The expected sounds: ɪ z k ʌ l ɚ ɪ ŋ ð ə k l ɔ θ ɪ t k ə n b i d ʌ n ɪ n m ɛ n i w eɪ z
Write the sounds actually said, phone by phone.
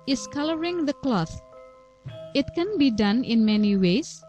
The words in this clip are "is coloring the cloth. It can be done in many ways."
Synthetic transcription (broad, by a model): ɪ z k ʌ l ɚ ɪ ŋ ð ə k l ɔ θ ɪ t k ə n b i d ʌ n ɪ n m ɛ n i w eɪ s